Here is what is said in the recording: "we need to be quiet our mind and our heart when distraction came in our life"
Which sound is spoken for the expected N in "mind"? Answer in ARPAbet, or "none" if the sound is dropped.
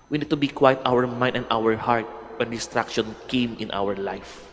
none